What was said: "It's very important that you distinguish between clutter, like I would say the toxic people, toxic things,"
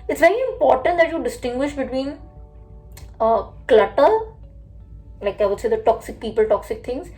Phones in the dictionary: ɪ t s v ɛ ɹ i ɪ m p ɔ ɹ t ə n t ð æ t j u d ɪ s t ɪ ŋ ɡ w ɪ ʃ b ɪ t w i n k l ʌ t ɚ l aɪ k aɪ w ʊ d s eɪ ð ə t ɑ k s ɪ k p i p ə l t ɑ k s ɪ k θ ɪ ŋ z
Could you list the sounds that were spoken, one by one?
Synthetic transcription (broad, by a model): ɪ t s v ɛ ɹ i ɪ m p ɔ ɹ t ə n t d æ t j u d ɪ s t ɪ ŋ ɡ w ɪ ʃ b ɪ t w i n k l ʌ t ɚ l aɪ k aɪ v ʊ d s eɪ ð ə t ɑ k s ɪ k p i p ə l t ɑ k s ɪ k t ɪ ŋ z